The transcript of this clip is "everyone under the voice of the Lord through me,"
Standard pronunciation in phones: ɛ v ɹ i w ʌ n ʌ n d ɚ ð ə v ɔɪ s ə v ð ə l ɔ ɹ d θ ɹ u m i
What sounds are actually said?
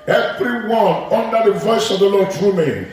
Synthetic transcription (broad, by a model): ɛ v ɹ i w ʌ n ʌ n d ɚ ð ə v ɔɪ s ə v ð ə l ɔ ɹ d t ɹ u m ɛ